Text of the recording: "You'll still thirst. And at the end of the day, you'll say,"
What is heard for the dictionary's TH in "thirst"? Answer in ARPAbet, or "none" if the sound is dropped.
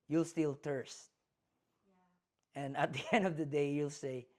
T